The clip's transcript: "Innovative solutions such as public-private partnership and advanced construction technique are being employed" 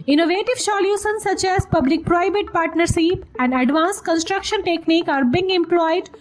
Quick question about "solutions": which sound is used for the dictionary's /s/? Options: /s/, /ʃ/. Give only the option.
/ʃ/